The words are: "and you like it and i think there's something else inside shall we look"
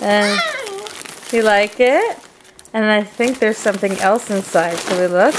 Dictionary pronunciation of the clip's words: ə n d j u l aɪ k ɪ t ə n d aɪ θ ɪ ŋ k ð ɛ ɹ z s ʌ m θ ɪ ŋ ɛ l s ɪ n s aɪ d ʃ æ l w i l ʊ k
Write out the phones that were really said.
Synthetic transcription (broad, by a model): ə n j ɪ l aɪ k ɪ t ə n aɪ θ ɪ ŋ k ð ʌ ɹ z s ʌ m θ ɪ ŋ ɛ l s ɪ n s aɪ d s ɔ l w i l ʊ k